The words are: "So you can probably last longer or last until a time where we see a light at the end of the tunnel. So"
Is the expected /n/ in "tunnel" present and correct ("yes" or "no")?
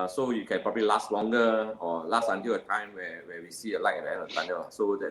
no